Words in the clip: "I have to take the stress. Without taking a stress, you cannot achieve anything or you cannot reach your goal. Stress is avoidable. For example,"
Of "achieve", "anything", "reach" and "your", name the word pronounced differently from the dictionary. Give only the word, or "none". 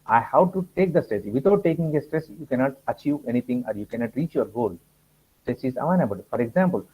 anything